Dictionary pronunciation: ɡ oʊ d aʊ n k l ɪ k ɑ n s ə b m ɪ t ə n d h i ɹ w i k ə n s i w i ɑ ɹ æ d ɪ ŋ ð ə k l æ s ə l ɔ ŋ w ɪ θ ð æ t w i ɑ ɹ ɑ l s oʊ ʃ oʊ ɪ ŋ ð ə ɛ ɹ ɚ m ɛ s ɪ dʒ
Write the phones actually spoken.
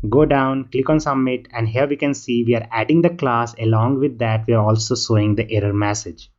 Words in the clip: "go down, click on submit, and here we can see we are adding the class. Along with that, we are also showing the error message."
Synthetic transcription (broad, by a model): ɡ oʊ d aʊ n k l ɪ k ɑ n s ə m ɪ t ə n d h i ɹ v i k ə n s i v i ɑ ɹ æ d ɪ ŋ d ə k l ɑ s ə l ɔ ŋ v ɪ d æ t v i ɑ ɹ ɑ l s oʊ s oʊ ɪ ŋ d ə ɛ ɹ ɚ m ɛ s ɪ dʒ